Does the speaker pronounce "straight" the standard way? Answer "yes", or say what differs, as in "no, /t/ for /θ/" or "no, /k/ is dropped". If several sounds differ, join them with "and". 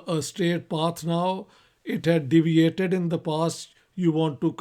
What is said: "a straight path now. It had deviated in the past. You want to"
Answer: no, /ɹ/ is dropped